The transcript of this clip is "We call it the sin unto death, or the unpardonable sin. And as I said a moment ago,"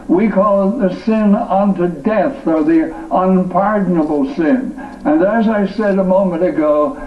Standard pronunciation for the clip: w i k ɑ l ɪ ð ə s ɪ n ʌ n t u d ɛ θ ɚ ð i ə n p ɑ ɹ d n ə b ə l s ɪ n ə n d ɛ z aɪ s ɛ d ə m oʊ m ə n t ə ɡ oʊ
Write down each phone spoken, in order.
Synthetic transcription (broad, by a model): w i k ɑ l ð ə s ɪ n ʌ n t u d ɛ θ ɚ ð i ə n p ɑ ɹ d n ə b l s ɪ n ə n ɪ z aɪ s ɛ d ə m oʊ m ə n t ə ɡ oʊ